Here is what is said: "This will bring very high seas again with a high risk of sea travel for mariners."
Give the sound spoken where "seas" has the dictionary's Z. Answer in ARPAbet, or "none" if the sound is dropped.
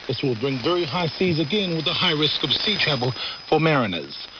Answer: Z